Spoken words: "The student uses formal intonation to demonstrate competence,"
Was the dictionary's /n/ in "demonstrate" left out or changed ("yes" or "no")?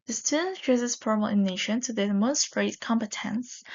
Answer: yes